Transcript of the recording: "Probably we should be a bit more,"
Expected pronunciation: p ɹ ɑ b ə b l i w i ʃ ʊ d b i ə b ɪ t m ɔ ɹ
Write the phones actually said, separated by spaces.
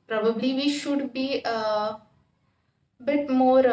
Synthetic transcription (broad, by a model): p ɹ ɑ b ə b l i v i ʃ ʊ d b i ə b ɪ t m ɔ ɹ